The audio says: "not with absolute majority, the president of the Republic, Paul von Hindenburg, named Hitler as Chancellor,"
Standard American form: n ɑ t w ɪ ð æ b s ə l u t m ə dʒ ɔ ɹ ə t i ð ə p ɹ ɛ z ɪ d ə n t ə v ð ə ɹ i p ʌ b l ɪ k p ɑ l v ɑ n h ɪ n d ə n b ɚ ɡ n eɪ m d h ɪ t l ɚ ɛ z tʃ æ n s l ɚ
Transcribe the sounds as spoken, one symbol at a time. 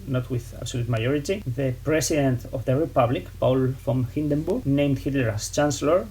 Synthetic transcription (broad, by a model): n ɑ t w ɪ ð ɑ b s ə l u t m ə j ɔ ɹ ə t i ð ə p ɹ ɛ s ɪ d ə n t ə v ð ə ɹ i p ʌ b l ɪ k p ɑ l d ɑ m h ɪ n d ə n b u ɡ n eɪ m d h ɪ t l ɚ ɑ s tʃ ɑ n s l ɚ